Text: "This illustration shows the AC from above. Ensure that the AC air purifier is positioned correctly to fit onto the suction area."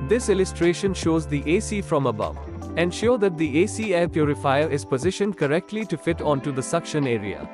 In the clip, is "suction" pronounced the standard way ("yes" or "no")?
yes